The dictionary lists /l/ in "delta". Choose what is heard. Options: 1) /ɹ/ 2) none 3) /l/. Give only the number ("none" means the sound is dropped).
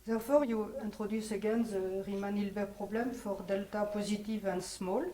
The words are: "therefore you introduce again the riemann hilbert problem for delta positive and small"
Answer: 3